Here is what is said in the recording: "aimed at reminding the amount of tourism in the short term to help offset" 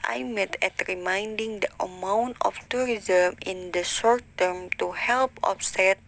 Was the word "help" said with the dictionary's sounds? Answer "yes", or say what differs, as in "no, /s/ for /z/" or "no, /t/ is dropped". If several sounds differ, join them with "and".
yes